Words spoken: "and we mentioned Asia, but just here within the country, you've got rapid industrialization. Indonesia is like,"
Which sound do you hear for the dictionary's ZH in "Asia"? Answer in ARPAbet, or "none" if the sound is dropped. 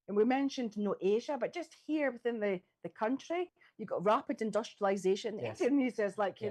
ZH